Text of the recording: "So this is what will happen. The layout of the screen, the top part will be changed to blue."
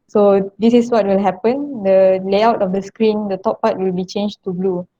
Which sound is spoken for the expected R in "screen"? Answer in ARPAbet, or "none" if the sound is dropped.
R